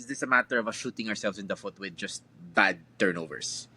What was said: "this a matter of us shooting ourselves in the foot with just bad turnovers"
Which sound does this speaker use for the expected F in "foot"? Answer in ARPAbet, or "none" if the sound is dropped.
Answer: F